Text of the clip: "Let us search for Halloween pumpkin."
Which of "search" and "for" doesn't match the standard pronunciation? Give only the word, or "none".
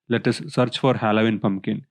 none